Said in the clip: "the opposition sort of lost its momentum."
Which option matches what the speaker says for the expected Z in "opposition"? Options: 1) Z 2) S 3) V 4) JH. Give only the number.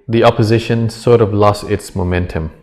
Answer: 1